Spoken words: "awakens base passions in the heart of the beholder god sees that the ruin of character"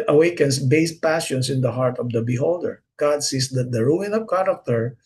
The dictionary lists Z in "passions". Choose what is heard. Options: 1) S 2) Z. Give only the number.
1